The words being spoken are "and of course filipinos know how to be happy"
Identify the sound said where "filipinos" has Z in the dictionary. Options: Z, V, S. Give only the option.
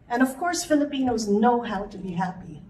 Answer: Z